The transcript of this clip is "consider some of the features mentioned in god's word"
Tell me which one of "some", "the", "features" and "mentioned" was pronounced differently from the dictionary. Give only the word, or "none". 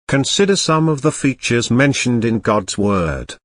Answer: none